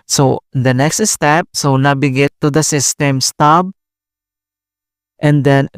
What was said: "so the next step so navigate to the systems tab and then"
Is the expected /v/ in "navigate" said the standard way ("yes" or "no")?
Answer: no